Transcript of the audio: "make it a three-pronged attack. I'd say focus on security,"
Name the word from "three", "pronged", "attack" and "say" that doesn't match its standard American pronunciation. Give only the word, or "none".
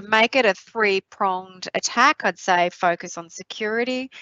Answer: none